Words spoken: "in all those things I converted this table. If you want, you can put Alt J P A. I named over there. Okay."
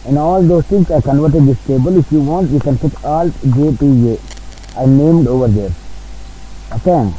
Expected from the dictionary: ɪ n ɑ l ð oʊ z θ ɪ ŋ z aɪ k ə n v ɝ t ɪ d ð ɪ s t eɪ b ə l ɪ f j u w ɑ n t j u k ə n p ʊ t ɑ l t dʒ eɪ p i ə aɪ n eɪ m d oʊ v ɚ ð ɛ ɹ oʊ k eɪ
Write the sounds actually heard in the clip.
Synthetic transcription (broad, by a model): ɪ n ɑ l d oʊ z t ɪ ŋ s aɪ k ə n v ɝ t ɪ d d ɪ s t eɪ b ə l ɪ f j u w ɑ n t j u k ə n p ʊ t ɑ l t dʒ eɪ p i ə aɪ n eɪ m d oʊ v ɚ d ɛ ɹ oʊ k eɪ